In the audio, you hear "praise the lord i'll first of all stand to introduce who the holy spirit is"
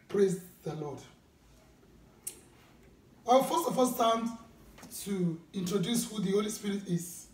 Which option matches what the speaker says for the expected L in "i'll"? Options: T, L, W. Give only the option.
W